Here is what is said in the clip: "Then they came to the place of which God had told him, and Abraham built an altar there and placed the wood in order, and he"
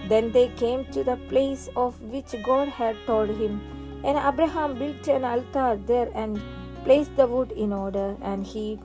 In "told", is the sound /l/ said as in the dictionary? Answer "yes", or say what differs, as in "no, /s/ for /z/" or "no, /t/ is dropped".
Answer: yes